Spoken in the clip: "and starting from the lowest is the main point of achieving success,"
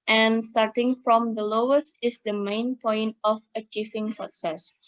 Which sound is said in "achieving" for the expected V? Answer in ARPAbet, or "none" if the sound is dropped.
F